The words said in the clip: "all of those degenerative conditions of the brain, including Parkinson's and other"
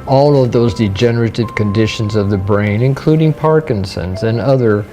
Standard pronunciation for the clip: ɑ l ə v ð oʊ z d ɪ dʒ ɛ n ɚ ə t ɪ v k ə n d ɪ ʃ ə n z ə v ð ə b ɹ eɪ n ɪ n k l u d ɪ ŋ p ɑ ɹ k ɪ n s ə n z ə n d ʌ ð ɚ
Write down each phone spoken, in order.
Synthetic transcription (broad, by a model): ɑ l ə v ð oʊ z d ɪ dʒ ɛ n ɚ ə t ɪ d k ə n d ɪ ʃ ə n z ə v ð ə b ɹ eɪ n ɪ n k l u d ɪ ŋ p ɑ ɹ k ɪ n s ə n z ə n ʌ ð ɚ